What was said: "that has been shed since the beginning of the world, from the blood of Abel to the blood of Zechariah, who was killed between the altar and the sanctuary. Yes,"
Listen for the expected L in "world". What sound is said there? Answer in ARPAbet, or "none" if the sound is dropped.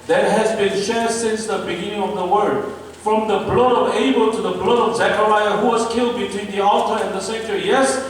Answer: none